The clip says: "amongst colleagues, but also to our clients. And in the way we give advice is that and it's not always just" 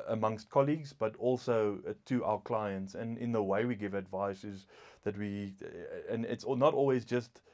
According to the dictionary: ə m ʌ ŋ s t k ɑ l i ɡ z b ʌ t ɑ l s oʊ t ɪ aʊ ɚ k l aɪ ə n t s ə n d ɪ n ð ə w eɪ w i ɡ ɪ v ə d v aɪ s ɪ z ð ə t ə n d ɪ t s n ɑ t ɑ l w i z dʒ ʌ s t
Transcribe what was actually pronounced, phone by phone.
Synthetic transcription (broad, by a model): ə m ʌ ŋ s t k ɑ l i ɡ z b ʌ t ɑ l s oʊ t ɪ aʊ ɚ k l aɪ ə n t s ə n ɪ n ð ə w eɪ w i ɡ ɪ v ə d v aɪ s ɪ z ð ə t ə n ɪ t s n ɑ t ɑ l w i z dʒ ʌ s t